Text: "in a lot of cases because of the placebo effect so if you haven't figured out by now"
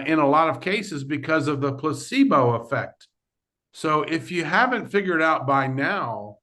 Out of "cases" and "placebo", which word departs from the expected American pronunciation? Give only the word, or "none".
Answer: none